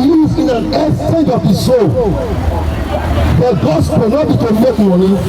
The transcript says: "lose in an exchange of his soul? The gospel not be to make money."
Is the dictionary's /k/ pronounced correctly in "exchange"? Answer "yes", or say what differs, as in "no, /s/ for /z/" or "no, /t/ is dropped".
no, /k/ is dropped